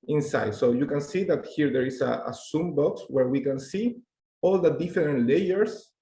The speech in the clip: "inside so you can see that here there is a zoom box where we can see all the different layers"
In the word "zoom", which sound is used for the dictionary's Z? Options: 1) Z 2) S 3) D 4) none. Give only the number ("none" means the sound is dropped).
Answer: 2